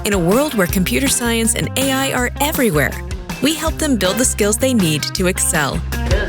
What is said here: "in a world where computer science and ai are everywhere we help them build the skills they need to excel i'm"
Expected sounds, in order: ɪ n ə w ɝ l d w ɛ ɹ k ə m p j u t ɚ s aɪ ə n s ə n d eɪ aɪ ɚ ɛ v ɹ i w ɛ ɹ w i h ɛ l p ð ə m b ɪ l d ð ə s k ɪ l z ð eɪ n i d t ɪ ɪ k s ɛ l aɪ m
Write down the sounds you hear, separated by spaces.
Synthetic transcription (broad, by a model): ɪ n ə w ɝ l d w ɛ ɹ k ə m p j u t ɚ s aɪ ə n s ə n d eɪ aɪ ɚ ɛ v ɹ i w ɛ ɹ w i h ɛ l p ð ə m b ɪ l d ð ə s k ɪ l z ð eɪ n i d t ɪ ɪ k s ɛ l